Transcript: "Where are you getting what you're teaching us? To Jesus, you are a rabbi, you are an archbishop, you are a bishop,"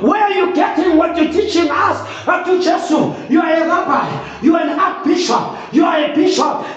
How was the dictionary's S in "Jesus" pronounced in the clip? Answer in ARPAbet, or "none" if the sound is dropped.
none